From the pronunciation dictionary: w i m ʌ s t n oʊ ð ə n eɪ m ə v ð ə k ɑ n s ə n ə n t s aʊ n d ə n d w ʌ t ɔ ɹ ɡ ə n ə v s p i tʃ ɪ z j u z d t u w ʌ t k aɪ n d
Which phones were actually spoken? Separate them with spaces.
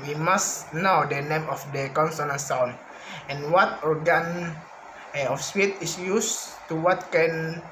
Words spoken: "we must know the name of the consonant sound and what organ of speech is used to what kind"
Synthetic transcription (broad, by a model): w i m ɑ s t n oʊ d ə n eɪ m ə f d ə k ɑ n s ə n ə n s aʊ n ə n w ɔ t ɔ ɹ ɡ ə n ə f s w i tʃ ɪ s j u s t u w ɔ t k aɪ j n